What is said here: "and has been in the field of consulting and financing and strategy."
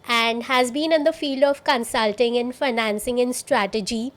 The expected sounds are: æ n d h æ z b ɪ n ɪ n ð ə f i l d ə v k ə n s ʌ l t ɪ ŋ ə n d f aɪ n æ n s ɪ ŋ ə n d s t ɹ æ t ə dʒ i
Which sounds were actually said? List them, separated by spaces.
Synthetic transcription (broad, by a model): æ n d h æ z b ɪ n ɪ n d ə f i l d ə v k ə n s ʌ l t ɪ ŋ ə n f aɪ n æ n s ɪ ŋ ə n s t ɹ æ t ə dʒ i